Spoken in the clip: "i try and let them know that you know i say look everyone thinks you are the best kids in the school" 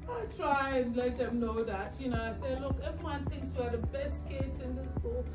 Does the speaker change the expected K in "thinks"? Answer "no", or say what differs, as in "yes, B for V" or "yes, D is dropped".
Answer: no